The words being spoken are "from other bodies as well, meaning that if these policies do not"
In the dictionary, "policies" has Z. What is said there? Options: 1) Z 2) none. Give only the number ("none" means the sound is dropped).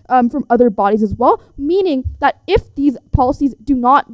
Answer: 1